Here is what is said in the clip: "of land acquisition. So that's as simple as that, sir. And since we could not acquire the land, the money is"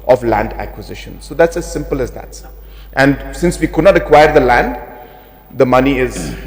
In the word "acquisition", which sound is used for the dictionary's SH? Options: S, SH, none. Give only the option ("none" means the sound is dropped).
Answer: SH